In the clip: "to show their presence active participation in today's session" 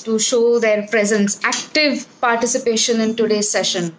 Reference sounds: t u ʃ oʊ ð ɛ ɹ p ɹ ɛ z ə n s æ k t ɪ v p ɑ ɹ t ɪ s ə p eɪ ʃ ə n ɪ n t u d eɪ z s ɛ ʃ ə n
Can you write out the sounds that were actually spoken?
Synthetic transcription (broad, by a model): t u ʃ oʊ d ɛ ɹ p ɹ ɛ z ə n s æ k t ɪ v p ɑ ɹ t ɪ s ə p eɪ ʃ ə n ɪ n t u d eɪ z s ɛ ʃ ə n